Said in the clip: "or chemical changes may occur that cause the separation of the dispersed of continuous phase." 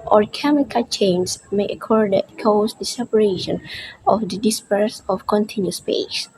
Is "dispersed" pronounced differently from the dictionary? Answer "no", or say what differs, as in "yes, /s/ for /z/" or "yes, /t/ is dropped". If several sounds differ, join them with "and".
yes, /t/ is dropped